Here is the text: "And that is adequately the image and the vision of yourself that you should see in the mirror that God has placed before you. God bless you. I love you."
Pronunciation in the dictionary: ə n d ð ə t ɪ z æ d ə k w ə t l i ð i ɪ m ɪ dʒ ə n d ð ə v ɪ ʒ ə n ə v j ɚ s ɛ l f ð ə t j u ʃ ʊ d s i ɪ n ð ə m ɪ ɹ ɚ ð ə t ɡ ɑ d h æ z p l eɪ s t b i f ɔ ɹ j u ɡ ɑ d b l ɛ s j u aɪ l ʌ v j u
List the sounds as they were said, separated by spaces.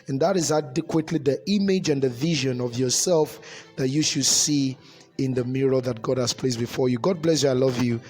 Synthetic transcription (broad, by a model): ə n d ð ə t ɪ z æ d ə k w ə t l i ð i ɪ m ɪ dʒ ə n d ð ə v ɪ ʒ ə n ə v j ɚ s ɛ l f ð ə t j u ʃ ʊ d s i ɪ n ð ə m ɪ ɹ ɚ ð ə t ɡ ɑ d h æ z p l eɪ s b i f ɔ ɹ j u ɡ ɑ d b l ɛ s j u aɪ l ʌ v j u